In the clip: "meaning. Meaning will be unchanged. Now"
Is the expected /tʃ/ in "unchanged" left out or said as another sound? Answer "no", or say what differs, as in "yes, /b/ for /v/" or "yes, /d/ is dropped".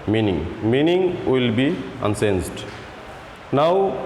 yes, /s/ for /tʃ/